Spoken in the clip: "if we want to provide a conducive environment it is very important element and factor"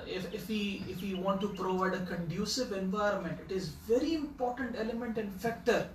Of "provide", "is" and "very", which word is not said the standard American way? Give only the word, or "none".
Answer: none